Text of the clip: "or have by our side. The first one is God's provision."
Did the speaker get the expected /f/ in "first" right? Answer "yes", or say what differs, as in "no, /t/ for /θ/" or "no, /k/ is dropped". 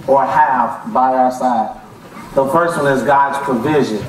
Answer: no, /p/ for /f/